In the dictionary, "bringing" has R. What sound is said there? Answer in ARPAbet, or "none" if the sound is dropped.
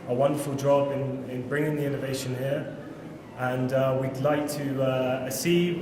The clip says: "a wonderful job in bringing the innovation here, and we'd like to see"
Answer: R